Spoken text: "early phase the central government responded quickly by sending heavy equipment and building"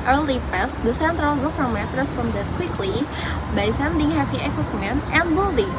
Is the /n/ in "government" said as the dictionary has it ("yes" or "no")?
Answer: no